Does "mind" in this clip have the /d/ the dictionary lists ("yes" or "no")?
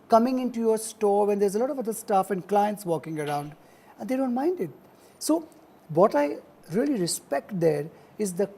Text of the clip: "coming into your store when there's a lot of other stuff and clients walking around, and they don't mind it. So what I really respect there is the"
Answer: yes